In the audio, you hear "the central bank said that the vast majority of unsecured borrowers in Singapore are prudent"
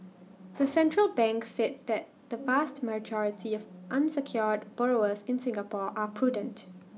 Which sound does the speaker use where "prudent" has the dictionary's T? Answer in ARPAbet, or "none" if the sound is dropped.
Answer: T